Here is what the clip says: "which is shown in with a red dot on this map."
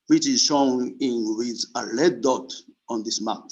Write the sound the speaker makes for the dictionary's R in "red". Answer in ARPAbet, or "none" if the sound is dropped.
L